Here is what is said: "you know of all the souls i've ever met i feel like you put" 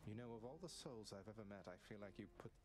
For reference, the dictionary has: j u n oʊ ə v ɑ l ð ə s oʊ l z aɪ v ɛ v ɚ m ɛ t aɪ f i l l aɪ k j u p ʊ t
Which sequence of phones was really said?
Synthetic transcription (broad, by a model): j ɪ n oʊ ə v ɑ l ð ə s oʊ l z aɪ v ɛ v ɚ m ɛ t aɪ f i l l aɪ k j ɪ p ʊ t